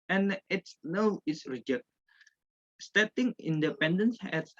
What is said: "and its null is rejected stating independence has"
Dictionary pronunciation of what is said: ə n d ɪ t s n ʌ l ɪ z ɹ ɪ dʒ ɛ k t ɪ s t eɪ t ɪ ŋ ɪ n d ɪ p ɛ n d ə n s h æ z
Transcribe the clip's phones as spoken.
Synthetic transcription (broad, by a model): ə n ɪ t s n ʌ w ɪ s ɹ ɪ dʒ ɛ k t s t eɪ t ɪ ŋ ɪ n d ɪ p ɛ n d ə n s h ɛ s